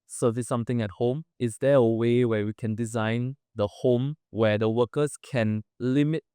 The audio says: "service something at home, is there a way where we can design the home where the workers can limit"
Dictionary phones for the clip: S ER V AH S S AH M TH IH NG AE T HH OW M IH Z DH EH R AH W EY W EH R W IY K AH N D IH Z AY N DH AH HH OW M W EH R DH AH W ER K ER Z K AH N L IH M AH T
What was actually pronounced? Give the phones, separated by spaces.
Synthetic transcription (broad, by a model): S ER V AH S S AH M T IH NG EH T HH OW M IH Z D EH AH W EY W EH W IY K AH N D IH Z AY N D AH HH OW M W EH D AH W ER K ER S K AH N L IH M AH T